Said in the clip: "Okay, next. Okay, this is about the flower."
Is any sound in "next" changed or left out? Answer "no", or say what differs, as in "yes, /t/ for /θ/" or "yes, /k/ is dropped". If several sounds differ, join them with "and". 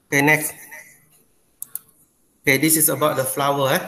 yes, /s/ is dropped